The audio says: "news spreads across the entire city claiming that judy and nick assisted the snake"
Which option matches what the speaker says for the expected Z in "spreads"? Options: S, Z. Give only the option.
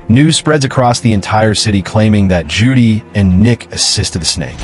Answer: Z